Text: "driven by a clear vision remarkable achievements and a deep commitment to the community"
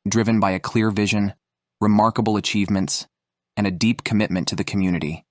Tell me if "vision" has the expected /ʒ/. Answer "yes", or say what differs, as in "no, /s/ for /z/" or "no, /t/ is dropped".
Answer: yes